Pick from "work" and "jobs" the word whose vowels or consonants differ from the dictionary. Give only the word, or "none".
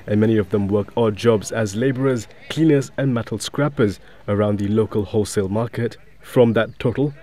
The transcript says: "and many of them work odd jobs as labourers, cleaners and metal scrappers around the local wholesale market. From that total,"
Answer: none